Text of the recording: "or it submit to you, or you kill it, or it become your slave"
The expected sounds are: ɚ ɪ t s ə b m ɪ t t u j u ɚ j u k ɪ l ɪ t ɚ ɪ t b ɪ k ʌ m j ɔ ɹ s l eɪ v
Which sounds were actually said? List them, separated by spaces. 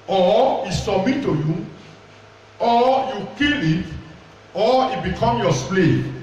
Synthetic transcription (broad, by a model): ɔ ɪ t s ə m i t t u j u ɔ j u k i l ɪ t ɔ ɪ t b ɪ k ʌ m j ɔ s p l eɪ